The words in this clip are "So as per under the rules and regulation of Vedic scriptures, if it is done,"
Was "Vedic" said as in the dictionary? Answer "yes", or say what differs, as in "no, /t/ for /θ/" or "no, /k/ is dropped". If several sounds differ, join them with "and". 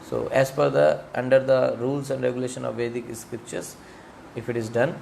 yes